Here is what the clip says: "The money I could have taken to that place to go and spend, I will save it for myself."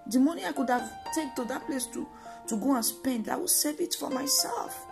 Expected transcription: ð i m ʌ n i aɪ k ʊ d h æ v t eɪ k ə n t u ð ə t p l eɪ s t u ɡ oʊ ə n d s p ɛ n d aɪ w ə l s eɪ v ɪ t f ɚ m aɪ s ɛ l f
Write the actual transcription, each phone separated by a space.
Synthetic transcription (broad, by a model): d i m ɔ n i aɪ k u d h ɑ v t eɪ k t u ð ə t p l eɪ s t u ɡ oʊ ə n s p ɛ n d aɪ w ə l s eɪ v ɪ t f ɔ m aɪ s ɛ l f